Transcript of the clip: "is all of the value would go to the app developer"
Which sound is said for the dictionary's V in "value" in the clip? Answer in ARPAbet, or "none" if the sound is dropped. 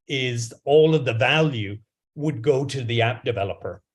V